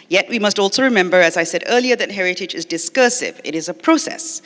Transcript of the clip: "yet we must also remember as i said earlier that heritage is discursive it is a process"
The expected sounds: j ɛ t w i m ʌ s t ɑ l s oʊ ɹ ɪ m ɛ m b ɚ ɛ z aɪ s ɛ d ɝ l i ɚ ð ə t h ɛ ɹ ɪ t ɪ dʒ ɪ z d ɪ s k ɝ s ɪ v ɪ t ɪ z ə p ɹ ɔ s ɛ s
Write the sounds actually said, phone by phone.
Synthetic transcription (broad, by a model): j ɛ t w i m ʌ s t ɑ l s oʊ ɹ ɪ m ɛ m b ɚ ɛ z aɪ s ɛ d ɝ l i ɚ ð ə t h ɛ ɹ ɪ t ɪ dʒ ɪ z d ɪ s k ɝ s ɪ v ɪ t ɪ z ə p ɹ ɔ s ɛ s